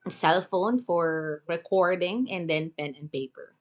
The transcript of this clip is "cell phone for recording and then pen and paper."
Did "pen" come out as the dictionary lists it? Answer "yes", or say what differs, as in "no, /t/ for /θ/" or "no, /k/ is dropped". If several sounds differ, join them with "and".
yes